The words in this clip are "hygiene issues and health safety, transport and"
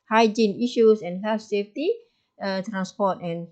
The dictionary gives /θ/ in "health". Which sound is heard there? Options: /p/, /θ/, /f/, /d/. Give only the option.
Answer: /f/